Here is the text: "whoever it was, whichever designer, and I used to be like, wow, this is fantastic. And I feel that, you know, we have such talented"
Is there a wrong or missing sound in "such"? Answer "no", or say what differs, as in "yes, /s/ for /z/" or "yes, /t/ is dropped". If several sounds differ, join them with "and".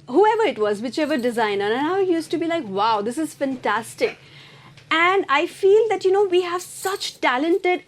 no